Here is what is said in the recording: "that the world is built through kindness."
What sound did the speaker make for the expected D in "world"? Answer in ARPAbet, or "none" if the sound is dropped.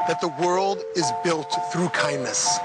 D